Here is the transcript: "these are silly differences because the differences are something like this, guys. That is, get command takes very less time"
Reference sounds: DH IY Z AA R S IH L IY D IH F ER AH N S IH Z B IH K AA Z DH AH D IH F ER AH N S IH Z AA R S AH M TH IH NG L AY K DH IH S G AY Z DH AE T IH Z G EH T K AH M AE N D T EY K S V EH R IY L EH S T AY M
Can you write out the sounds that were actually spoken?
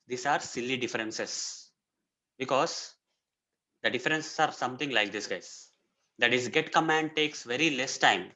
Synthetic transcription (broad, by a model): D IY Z AA R S IH L IY D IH F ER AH N S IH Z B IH K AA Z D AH D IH F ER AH N S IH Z AA R S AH M T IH NG L AY K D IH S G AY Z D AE T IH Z G EH T K AH M AE N D T EY K S V EH R IY L EH S T AY M